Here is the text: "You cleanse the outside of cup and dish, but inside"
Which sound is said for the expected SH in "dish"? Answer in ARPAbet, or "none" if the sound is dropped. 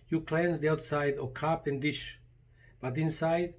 SH